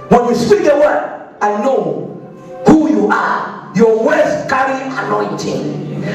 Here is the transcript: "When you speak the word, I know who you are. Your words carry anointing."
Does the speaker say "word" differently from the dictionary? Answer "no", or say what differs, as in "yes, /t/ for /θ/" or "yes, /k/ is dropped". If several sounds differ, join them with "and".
yes, /d/ is dropped